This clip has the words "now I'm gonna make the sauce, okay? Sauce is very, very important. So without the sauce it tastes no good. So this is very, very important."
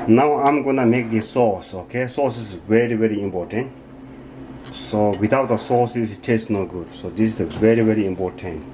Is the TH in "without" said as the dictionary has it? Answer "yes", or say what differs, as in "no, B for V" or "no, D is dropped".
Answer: no, T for TH